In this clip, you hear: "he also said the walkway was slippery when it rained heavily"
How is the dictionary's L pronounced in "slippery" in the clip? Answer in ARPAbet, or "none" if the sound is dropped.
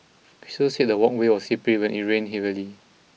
none